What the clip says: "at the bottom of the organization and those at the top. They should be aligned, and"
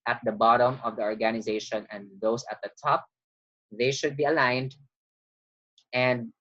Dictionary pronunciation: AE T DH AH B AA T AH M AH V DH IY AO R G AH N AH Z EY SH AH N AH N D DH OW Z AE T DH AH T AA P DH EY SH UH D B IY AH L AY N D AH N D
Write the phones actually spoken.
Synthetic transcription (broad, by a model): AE T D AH B AA T AH M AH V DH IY AO R G AH N AH Z EY SH AH N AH N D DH OW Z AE T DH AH T AA P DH EY SH UH D B IY AH L AY N D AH N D